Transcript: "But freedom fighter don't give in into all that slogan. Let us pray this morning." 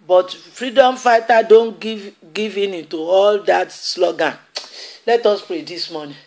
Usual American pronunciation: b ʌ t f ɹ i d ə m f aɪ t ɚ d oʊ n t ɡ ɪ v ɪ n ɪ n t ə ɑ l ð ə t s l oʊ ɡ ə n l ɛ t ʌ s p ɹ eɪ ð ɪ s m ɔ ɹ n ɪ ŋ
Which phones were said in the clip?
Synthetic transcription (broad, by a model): b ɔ t f ɹ i d ə m f aɪ t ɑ d oʊ n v ɡ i v ɪ n ɪ n t ə ɑ l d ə t s l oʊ ɡ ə n l ɛ t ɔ s p ɹ eɪ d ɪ s m ɔ n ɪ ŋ